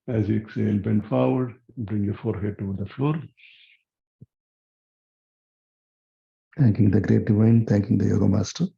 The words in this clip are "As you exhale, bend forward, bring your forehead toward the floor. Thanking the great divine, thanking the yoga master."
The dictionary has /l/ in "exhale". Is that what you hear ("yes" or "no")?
no